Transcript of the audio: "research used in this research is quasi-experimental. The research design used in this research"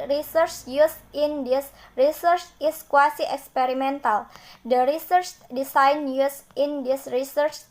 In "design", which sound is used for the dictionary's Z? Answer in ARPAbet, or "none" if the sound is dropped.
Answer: S